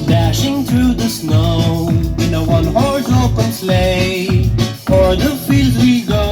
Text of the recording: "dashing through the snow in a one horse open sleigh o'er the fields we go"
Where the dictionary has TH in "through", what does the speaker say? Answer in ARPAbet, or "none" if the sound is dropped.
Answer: TH